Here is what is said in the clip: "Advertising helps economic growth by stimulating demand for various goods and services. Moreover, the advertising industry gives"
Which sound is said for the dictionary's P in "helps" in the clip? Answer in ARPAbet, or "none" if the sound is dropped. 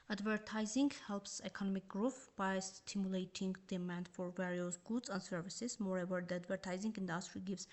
P